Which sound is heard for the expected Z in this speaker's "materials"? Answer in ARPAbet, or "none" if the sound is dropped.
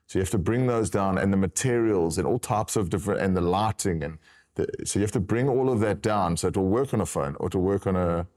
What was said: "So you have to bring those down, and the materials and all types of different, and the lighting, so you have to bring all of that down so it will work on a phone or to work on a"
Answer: Z